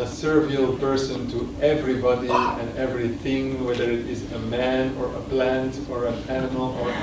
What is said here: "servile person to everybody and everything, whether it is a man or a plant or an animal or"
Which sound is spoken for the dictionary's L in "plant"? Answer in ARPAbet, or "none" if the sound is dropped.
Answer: L